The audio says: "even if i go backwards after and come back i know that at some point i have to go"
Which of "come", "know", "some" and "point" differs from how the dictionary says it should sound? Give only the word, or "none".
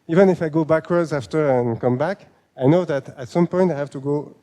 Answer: none